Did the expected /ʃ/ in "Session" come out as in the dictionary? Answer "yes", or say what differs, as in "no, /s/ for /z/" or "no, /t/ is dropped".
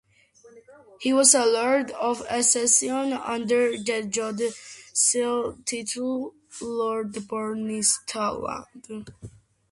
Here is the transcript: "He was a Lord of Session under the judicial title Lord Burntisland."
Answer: no, /s/ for /ʃ/